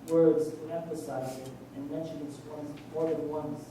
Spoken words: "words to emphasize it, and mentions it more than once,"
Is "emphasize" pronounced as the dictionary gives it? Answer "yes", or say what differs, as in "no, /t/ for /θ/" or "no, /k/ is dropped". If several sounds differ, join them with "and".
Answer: yes